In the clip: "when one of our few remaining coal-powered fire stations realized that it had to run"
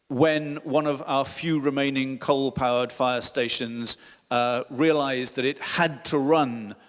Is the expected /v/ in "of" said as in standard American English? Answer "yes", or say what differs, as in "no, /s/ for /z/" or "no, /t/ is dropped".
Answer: yes